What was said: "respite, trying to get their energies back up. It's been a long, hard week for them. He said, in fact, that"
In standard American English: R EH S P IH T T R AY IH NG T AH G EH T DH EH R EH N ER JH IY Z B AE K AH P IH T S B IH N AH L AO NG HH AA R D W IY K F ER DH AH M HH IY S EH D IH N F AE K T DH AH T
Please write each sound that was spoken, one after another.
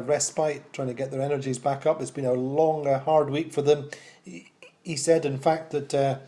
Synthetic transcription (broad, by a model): R EH S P IH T T R AY IH NG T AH G EH T DH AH R EH N ER JH IY Z B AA K AH P IH T S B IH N AH L AO NG HH AA R D W IY K F ER DH AH M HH IY S EH D IH N F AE K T DH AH T